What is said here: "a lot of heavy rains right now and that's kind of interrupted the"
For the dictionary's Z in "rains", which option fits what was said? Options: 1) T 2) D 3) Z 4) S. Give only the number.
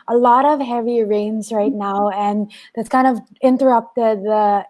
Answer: 3